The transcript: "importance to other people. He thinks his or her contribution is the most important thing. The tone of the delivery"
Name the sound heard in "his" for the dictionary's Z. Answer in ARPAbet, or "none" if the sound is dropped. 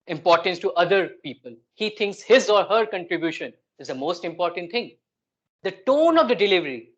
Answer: Z